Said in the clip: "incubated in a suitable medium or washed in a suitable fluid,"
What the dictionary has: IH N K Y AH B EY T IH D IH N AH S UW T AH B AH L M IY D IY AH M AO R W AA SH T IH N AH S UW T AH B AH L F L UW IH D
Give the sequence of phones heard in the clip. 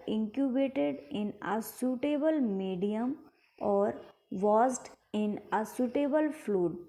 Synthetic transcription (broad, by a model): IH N K Y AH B EY T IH D IH N AH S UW T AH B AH L M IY D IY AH M AO R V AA S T IH N AH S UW T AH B AH L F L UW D